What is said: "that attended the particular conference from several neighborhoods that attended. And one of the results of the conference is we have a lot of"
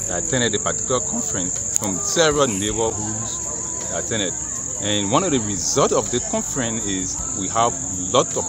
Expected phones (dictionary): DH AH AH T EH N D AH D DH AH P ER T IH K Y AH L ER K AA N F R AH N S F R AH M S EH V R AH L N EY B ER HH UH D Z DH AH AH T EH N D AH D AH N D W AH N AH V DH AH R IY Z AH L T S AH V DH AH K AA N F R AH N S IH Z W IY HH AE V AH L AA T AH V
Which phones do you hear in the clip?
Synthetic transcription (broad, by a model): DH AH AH T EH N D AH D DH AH P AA T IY K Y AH L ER K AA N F R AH N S F R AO M S EH V R AH L N EY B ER HH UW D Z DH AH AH T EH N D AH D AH N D W AH N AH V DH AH R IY Z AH L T AH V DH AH K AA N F R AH N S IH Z W IY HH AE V L AA T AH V